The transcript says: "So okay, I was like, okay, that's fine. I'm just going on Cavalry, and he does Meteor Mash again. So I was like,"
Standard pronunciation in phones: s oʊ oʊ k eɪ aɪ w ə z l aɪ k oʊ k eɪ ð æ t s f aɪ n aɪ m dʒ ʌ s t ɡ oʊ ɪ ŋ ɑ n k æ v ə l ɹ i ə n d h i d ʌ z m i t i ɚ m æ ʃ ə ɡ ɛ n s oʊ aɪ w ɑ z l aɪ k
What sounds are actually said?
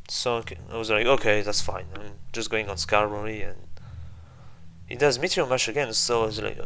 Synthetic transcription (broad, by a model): s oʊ oʊ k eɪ aɪ w ə z l aɪ k oʊ k eɪ ð æ t s f aɪ n aɪ m dʒ ʌ s t ɡ oʊ ɪ ŋ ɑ n k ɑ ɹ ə ɹ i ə n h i d ʌ z m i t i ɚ m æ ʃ ə ɡ ɛ n s oʊ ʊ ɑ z l aɪ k